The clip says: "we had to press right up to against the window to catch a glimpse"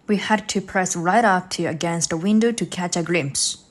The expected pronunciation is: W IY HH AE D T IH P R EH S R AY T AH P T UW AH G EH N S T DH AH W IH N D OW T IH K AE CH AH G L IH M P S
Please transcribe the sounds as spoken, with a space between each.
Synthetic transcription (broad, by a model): W IY HH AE D T IH P R EH S R AY T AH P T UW AH G EH N S T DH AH W IH N D OW T IH K AE CH AH G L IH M P S